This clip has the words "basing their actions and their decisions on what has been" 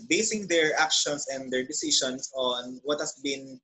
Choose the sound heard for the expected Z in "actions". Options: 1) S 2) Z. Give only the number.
1